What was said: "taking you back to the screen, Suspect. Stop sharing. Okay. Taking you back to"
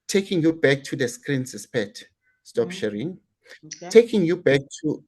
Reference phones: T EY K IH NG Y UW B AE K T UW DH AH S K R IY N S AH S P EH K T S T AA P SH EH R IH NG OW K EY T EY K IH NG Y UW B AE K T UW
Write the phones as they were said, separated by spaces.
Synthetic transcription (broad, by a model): T EY K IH NG Y UW B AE K T UW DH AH S K R IY N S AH S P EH T S T AA P SH EH R IH NG T EY K IH NG Y UW B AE K T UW